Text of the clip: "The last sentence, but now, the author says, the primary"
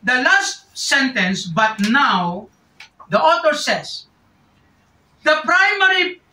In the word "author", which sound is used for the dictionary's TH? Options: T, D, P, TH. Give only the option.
T